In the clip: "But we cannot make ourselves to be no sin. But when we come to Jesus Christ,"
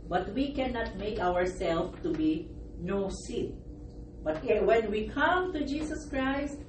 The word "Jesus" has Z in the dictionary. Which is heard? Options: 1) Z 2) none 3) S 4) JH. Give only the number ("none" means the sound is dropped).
3